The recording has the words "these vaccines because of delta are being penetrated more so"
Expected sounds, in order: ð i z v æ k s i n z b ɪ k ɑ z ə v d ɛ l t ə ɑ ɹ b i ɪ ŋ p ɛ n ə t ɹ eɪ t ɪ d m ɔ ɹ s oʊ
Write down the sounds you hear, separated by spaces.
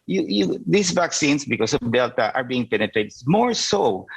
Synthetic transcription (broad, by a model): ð i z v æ k s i n s b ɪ k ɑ s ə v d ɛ l t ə ɑ ɹ b i ɪ ŋ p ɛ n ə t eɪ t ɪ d m ɔ ɹ s oʊ